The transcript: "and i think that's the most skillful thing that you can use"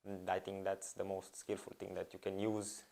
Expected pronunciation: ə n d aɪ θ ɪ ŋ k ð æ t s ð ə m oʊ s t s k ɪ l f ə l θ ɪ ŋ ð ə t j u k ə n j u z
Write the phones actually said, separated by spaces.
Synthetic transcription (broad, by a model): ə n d aɪ t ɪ ŋ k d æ t s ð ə m oʊ s t s k ɪ l f ə l t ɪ ŋ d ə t j u k ə n j u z